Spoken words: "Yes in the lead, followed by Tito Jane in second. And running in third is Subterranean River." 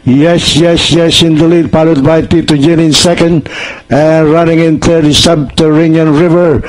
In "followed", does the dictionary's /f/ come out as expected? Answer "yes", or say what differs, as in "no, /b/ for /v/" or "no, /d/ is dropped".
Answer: no, /p/ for /f/